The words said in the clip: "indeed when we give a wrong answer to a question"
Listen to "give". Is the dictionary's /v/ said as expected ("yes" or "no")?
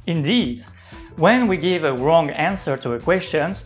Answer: yes